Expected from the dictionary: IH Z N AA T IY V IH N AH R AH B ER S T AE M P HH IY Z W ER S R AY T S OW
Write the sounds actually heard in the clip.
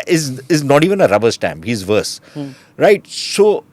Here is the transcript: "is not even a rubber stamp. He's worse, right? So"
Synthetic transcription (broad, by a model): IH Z N AA T IY V IH N AH R AH B ER S T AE M B HH IY Z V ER S R AY T S OW